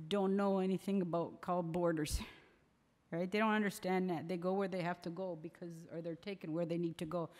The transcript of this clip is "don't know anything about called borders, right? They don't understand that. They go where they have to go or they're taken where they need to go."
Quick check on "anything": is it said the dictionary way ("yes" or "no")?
yes